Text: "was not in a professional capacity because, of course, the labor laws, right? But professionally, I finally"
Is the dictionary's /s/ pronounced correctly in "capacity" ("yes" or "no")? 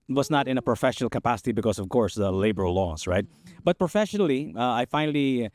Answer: yes